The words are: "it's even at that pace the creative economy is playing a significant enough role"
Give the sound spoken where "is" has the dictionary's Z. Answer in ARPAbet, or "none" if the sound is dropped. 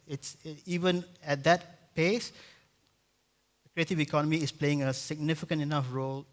S